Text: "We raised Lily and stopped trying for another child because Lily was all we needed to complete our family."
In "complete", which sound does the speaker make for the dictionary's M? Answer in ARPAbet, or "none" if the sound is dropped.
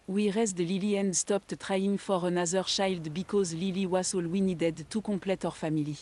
none